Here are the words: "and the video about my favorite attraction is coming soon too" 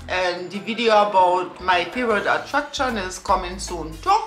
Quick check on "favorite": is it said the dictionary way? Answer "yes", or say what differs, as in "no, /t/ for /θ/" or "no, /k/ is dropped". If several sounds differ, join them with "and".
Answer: no, /p/ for /f/